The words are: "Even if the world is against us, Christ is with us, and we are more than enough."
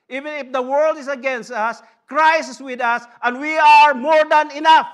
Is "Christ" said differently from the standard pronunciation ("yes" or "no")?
yes